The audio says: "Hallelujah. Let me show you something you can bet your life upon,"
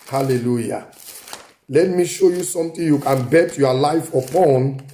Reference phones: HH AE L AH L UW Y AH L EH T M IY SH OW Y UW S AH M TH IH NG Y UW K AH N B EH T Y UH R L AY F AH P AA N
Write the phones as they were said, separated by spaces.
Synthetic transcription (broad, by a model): HH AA L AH L UW Y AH L EH T M IY SH OW Y UW S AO M T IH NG Y UW K AH N B EH T Y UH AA L AY F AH P AA N